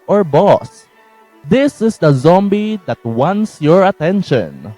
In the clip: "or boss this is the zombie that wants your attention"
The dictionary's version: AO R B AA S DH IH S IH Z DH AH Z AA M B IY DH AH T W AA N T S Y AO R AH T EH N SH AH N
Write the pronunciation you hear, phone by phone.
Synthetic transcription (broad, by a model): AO R B AA S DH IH S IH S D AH Z AA M B IY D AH T W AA N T S Y AO R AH T EH N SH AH N